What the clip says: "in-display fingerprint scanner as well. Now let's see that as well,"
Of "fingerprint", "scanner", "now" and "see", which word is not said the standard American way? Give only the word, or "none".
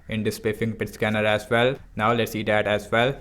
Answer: fingerprint